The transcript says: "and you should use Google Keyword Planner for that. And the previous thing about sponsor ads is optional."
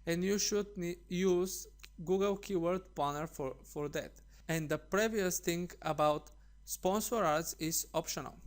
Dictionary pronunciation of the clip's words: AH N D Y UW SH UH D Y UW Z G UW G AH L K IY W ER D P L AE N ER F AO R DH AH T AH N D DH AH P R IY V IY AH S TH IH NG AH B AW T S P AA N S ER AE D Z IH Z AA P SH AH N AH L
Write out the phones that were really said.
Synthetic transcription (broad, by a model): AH N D Y UW SH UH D Y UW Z G UW G AH L K IY W ER D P AA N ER F AO R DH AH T AH N D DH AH P R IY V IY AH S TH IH NG AH B AW T S P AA N S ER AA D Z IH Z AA P SH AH N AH L